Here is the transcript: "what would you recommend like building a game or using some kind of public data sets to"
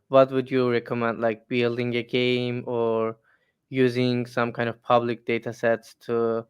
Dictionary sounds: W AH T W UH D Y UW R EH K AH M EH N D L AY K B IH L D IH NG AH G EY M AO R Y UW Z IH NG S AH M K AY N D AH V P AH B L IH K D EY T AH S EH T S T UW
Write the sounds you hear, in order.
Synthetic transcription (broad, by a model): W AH T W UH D Y UW R EH K AH M EH N D L AY K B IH L D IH NG AH G EY M AO R Y UW Z IH NG S AH M K AY N D AH V P AH B L IH K D EY T AH S EH T S T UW